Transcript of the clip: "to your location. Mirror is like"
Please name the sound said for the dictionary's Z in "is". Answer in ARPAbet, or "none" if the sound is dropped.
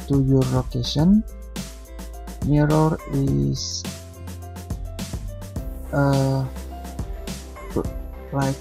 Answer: S